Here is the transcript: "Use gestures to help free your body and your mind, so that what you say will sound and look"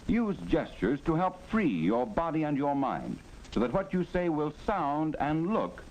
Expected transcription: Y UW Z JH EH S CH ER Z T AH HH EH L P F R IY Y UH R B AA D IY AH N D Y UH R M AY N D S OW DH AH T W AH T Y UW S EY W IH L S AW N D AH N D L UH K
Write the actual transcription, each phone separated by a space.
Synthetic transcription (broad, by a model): Y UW Z JH EH S CH ER Z T AH HH EH L P F R IY Y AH R B AA D IY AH N Y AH R M AY N D S OW DH AH T W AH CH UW S EY W IH L S AW N D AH N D L UH K